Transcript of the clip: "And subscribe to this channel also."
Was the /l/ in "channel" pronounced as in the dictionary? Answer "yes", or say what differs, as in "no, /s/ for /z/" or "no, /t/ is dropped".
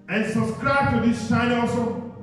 no, /n/ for /l/